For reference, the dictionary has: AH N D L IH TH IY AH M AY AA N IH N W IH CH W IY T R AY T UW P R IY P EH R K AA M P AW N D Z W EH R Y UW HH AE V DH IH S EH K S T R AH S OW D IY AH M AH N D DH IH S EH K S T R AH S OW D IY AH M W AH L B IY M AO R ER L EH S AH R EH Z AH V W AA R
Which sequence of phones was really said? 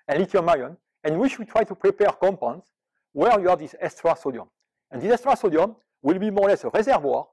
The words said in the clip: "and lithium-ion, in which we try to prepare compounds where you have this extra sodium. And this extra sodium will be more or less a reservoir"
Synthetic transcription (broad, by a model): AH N L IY T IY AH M AY AA N IH N W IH SH W IY T R AY T UW P R IY P EH R K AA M P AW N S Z W EH R Y UW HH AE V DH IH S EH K S T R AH S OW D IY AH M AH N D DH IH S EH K S T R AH S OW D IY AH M W AH L B IY M AO R L EH S AH R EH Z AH V W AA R